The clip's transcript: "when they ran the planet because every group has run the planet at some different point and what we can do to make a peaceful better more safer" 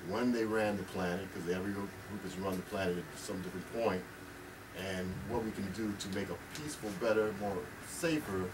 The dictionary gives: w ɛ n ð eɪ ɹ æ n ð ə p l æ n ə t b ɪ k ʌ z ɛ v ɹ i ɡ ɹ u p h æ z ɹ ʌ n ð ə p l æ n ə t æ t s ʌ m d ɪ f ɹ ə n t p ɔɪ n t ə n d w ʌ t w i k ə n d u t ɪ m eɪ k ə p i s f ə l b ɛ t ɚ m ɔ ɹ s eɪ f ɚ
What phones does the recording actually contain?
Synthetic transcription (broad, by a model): w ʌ n ð eɪ ɹ æ n ð ə p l æ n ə t k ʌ z ɛ v ɹ i ɡ ɹ u p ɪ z ɹ ʌ n ð ə p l æ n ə t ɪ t s ʌ m d ɪ f ɹ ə n p ɔɪ n t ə n w ʌ t w i k ə n d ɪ t ɪ m eɪ k ə p i s f l b ɛ t ɚ m ɔ ɹ s eɪ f ɚ